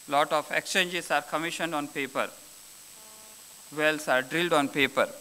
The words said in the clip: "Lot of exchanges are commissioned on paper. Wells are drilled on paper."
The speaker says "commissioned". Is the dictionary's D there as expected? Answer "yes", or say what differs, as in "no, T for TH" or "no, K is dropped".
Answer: yes